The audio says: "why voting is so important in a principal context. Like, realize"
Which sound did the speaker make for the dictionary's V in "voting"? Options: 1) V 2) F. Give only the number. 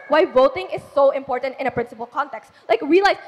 1